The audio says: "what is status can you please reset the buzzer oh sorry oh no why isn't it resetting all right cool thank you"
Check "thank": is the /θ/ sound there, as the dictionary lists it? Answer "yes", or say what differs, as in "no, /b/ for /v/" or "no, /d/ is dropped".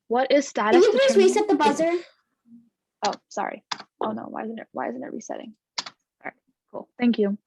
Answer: yes